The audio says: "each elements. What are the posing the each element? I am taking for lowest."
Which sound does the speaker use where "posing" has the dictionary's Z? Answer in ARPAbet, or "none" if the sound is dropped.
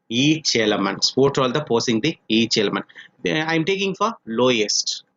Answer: S